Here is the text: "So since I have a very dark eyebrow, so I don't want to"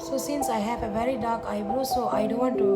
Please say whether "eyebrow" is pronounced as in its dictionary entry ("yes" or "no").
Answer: no